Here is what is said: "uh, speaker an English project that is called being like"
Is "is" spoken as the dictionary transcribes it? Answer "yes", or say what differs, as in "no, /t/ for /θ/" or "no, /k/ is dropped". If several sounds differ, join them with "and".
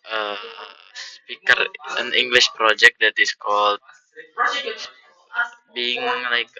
no, /s/ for /z/